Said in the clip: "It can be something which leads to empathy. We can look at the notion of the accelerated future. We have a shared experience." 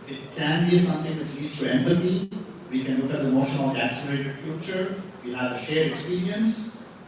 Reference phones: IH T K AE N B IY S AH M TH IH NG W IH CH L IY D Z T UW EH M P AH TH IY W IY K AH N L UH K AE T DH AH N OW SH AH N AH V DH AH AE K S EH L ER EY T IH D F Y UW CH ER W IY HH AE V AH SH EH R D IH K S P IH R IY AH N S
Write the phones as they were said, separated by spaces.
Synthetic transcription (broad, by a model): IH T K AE N B IY S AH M T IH NG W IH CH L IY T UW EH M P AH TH IY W IY K AH N L UH K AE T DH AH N OW SH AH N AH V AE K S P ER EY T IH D F Y UW CH ER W IY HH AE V AH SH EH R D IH K S P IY R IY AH N S